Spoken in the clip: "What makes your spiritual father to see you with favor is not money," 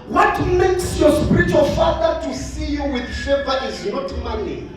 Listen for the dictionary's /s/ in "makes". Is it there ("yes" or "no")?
yes